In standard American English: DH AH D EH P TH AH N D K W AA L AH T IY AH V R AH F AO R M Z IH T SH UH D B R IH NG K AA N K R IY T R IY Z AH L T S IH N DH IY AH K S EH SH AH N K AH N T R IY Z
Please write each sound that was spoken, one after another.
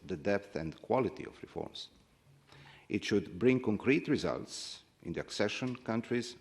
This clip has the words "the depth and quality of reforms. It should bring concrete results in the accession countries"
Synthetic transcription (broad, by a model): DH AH D EH P TH AH N D K W AA L AH T IY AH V R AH F AO R M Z IH T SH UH D B R IH NG K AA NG K R IY T R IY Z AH L T S IH N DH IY AH K S EH SH AH N K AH N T R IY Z